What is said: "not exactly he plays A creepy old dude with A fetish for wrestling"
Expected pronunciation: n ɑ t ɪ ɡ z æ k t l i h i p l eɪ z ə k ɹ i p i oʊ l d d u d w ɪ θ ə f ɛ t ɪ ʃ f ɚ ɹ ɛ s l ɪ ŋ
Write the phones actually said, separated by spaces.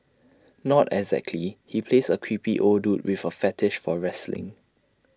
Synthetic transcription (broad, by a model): n ɑ t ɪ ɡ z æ k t l i h i p l eɪ s ə k w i p i oʊ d d u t w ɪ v ə f ɛ t ɪ ʃ f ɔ ɹ ɛ s l ɪ ŋ